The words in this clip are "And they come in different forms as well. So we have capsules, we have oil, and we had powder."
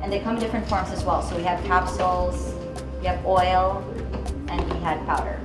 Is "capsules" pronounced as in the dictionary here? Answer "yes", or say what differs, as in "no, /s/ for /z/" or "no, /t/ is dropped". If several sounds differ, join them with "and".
yes